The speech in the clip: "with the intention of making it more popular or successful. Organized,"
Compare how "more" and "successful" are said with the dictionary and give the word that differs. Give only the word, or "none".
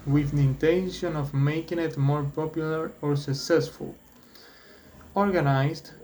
none